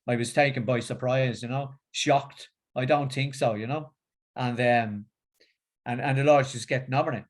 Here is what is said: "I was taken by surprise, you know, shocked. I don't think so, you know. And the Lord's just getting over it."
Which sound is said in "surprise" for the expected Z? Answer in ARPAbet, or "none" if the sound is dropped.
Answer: Z